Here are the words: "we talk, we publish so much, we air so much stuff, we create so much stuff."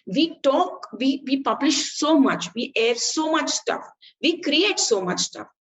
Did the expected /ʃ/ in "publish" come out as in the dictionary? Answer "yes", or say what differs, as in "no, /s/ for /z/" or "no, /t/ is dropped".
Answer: yes